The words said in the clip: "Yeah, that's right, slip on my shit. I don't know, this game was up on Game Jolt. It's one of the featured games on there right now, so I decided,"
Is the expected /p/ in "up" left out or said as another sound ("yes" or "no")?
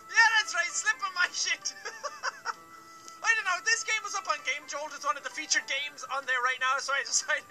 no